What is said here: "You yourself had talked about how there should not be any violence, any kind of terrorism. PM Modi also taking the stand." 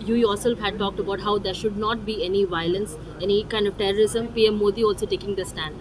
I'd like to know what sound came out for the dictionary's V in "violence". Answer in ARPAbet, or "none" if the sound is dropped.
V